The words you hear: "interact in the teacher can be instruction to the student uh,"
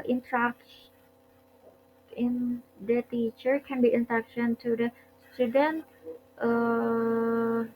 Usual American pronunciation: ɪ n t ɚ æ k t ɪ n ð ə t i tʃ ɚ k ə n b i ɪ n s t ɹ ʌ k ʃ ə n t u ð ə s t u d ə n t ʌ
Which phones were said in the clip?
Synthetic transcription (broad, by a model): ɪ n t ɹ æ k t ɪ n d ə t i tʃ ɚ k ə n b i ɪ n t ʌ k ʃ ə n t u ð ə s t u d ə n t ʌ